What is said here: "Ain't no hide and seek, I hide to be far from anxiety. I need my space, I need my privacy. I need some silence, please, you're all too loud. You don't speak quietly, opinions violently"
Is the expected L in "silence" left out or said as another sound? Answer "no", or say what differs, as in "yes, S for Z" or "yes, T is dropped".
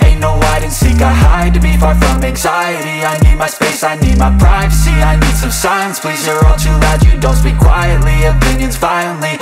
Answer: yes, L is dropped